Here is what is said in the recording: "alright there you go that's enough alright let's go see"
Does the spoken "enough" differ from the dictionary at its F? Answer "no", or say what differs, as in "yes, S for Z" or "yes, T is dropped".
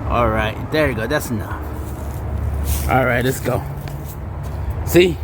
yes, F is dropped